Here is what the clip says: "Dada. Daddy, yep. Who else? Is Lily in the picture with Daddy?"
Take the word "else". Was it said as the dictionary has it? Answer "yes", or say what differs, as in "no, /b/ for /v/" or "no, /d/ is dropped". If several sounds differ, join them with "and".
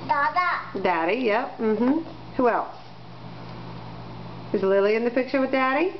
yes